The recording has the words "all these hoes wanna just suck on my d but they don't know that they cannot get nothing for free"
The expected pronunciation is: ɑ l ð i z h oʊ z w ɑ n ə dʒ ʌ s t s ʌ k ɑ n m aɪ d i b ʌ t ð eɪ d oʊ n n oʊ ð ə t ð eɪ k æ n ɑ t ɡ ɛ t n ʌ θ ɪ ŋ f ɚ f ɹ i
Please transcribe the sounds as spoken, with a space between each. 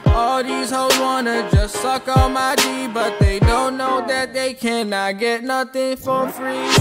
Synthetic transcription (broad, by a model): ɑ l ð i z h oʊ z w ɑ n ə dʒ ʌ s t s ʌ k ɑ m aɪ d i b ʌ t ð eɪ d oʊ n n oʊ ð ə t ð eɪ k æ n ɑ t ɡ ɛ t n ʌ θ ɪ ŋ f ɚ f ɹ i